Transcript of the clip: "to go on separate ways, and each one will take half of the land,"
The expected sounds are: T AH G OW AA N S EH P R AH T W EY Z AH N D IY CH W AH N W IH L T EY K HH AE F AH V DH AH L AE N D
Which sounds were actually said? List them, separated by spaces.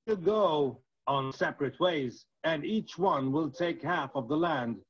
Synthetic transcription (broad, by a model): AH G OW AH N S EH P R AH T W EY Z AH N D IY CH W AH N W IH L T EY K HH AE F AH V DH AH L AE N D